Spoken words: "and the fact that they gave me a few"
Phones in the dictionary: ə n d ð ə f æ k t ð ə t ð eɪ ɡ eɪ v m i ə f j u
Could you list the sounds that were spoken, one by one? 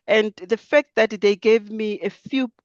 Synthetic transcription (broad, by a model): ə n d ð ə f æ k t ð ə t ð eɪ ɡ eɪ v m i ə f j u